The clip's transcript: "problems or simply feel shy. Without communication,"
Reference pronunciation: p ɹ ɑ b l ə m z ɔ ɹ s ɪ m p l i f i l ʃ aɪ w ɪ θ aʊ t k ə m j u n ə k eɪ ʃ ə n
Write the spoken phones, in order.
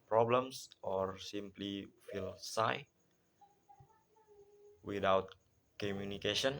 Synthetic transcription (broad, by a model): p ɹ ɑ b l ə m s ɔ ɹ s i m p l i f i l s aɪ w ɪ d aʊ t k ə m j u n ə k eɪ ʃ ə n